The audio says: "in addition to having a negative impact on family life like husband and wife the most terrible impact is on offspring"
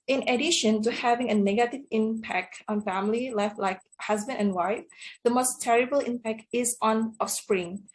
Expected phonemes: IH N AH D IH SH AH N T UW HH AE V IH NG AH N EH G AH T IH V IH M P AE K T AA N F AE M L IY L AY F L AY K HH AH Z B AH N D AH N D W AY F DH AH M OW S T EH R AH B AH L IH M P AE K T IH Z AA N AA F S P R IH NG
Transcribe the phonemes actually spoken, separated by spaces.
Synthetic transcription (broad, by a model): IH N AH D IH SH AH N T UW HH AE V IH NG AH N EH G AH T IH V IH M P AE K T AA N F AE M L IY L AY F L AY K HH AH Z B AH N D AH N W AY F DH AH M OW S T EH R AH B AH L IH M P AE K T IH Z AA N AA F S P R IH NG